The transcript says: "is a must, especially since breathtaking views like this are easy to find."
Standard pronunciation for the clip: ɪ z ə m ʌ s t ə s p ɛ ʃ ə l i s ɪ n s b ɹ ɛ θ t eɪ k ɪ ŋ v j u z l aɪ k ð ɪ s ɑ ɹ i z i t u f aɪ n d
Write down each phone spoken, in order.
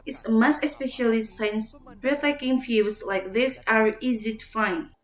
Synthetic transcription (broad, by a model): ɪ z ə m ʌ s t ə s p ɛ ʃ ə l i s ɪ n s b ɹ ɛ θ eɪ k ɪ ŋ f j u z l aɪ k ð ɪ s ɑ ɹ i z i t u f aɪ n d